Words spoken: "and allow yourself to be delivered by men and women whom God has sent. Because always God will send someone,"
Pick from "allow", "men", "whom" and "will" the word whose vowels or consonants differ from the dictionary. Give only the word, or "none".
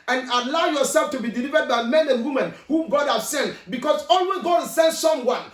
will